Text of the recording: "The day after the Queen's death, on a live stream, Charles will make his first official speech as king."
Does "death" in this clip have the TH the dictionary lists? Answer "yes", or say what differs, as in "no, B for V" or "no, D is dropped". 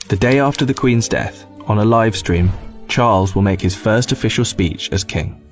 yes